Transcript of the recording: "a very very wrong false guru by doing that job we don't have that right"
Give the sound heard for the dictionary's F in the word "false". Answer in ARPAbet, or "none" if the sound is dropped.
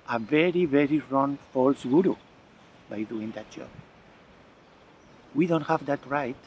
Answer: F